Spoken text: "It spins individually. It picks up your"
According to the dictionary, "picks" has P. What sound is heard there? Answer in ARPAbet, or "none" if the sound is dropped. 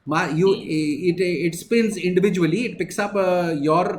P